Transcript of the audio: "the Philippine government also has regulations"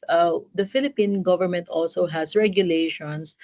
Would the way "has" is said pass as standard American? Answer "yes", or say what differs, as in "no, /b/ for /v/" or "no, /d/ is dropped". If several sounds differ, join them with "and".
no, /s/ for /z/